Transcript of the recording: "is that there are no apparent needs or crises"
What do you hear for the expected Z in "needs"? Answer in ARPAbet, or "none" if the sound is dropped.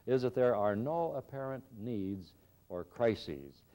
Z